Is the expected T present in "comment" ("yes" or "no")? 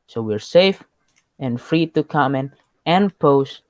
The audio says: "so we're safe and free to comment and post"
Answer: no